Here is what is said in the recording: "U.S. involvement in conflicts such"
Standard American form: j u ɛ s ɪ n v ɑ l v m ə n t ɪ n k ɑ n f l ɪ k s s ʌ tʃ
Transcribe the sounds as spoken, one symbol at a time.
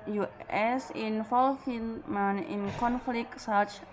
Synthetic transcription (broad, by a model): j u ɛ s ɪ n f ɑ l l m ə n ɪ n k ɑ n f l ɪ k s s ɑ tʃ